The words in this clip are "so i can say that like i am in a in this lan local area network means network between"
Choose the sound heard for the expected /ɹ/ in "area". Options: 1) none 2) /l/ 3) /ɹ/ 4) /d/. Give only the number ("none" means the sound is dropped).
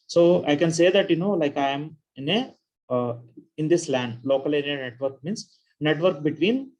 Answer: 1